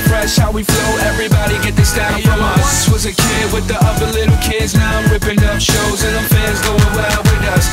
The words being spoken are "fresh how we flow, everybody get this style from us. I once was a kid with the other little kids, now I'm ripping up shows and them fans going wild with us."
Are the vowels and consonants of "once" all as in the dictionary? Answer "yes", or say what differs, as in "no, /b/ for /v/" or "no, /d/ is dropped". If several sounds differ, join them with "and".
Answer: no, /n/ is dropped